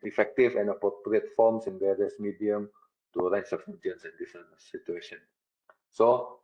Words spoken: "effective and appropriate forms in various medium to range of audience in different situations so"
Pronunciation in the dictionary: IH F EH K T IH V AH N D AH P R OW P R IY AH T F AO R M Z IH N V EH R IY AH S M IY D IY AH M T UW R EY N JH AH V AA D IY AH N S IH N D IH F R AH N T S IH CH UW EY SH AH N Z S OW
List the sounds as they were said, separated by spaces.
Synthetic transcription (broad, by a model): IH F EH K T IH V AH N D AH P R OW P R IY AH T F AO M S IH N V EH R IY AH S M IY D IY AH M T UW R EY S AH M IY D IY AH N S IH N D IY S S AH T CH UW EY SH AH N S OW